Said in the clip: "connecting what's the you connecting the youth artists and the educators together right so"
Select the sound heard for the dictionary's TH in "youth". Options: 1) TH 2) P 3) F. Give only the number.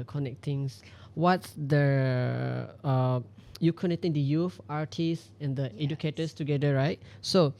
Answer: 3